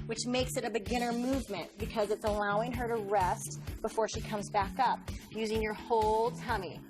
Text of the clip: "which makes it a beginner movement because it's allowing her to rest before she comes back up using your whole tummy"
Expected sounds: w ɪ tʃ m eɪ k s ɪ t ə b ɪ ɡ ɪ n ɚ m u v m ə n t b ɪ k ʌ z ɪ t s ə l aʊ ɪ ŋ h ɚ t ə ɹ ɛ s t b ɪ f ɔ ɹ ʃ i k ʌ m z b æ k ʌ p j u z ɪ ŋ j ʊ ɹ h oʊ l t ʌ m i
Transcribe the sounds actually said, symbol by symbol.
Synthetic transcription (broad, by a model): w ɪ tʃ m eɪ k s ɪ t ə b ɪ ɡ ɪ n ɚ m u v m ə n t b ɪ k ʌ z ɪ t s ə l aʊ ɪ ŋ ɚ t ə ɹ ɛ s t b ɪ f ɔ ɹ ʃ i k ʌ m z b æ k ʌ p j u z ɪ ŋ j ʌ ɹ h oʊ l t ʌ m i